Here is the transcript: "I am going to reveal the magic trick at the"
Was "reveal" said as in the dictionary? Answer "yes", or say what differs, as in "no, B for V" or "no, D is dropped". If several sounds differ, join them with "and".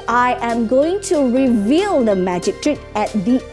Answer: yes